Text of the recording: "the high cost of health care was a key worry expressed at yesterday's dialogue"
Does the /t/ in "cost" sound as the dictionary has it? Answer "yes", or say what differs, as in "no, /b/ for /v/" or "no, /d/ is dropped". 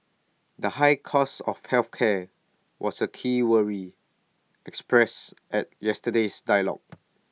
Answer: no, /t/ is dropped